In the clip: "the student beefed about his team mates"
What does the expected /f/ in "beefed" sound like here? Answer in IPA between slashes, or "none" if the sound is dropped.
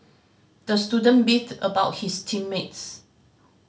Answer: none